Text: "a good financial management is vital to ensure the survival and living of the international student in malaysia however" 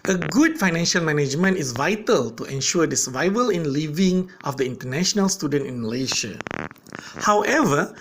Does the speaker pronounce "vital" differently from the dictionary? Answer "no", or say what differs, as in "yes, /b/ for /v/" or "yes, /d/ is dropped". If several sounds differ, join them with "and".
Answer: no